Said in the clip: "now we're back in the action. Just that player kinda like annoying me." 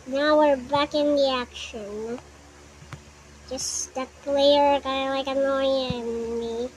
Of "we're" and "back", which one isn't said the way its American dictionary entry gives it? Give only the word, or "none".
none